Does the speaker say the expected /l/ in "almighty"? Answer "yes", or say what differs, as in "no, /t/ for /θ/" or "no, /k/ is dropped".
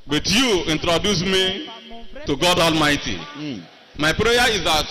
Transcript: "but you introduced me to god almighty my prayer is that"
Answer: yes